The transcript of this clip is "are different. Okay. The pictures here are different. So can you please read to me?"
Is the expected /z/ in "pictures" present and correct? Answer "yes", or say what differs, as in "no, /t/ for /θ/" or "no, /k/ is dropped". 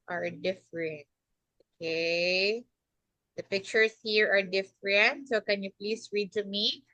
no, /s/ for /z/